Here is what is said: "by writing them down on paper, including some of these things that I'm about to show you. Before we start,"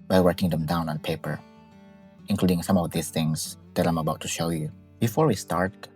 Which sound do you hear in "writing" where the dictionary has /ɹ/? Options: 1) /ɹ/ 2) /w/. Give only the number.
2